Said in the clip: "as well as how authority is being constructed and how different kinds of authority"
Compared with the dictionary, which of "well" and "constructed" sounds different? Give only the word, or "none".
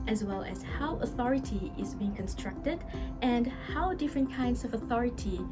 none